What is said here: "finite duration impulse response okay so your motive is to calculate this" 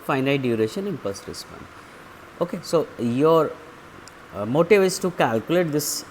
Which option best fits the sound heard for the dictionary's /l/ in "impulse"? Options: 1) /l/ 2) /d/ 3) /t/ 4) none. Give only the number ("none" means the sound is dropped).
4